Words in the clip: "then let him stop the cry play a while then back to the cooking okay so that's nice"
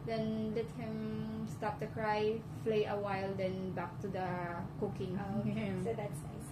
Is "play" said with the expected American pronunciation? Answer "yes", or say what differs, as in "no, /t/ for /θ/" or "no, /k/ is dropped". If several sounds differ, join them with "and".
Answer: no, /f/ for /p/